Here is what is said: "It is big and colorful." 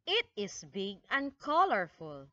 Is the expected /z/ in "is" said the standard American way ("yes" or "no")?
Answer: no